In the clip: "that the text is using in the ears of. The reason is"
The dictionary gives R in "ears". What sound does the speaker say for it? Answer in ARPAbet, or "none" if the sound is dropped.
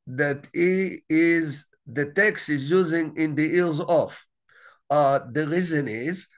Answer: L